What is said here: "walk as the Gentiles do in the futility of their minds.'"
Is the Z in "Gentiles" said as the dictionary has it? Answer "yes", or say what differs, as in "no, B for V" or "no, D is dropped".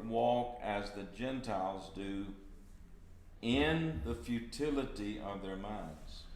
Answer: yes